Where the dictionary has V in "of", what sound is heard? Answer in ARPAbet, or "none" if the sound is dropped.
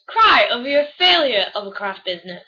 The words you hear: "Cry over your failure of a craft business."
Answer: V